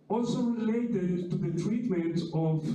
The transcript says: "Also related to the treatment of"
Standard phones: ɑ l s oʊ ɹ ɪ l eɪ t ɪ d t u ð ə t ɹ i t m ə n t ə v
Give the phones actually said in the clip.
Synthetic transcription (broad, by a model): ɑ l s oʊ l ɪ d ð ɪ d t u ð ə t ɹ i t m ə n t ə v